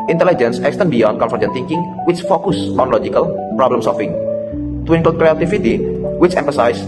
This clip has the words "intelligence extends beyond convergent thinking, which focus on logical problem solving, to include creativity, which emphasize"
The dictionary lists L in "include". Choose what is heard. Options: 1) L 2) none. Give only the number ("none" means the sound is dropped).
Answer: 2